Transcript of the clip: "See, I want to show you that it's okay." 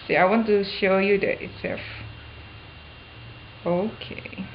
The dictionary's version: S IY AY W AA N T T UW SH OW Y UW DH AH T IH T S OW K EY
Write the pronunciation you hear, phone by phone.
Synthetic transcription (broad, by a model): S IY AY W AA N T T UW SH OW Y UW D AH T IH T S OW K EY